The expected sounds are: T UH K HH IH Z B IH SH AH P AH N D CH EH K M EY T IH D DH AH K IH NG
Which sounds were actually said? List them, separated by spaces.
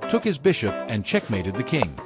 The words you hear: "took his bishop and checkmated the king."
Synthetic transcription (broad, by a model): T UH K HH IH Z B IH SH AH P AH N CH EH K M EY T IH D DH AH K IH NG